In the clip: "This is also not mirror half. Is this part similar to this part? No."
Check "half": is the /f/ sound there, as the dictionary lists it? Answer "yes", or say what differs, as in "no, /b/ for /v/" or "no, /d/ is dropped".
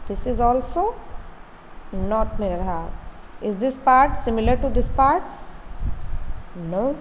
no, /f/ is dropped